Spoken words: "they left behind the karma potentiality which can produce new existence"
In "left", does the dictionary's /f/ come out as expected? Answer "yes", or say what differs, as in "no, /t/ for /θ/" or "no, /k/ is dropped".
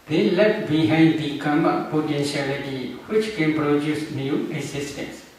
no, /f/ is dropped